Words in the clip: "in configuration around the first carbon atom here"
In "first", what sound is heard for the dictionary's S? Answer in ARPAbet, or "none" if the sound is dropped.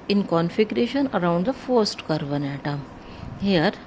S